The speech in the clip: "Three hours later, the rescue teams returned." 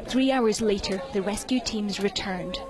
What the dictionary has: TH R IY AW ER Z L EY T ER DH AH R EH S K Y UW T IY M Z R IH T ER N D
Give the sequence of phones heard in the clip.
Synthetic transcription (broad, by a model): TH R IY AW ER Z L EY T ER DH AH R EH S K Y UW T IY M Z R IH T ER N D